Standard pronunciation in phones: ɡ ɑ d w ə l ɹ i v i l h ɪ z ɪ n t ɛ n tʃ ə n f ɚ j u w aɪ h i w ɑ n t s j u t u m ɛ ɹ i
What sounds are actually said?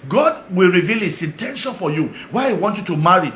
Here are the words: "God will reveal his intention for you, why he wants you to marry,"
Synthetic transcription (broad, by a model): ɡ ɑ d w ə l ɹ i v i l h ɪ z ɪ n t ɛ n ʃ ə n f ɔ j u w aɪ h i w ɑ n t j u t u m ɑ ɹ i